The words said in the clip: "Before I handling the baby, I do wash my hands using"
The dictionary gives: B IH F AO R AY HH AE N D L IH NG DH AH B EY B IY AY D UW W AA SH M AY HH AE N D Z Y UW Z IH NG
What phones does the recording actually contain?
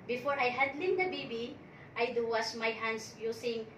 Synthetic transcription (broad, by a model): B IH F AO R AY HH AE D L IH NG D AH B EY B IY AY D UW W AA S M AY HH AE N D S Y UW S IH NG